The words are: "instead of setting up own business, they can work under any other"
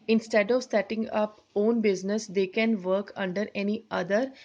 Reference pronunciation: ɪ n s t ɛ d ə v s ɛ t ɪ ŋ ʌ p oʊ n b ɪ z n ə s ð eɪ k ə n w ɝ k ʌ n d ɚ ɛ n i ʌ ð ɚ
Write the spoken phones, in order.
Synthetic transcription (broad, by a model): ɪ n s t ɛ d ə v s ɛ t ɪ ŋ ʌ p oʊ n b ɪ z n ə s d eɪ k ə n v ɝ k ʌ n d ɚ ɛ n i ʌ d ɚ